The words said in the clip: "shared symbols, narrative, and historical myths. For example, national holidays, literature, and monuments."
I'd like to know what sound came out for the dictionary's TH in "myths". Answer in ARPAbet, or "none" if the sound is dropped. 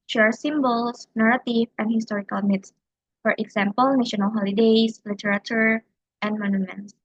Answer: T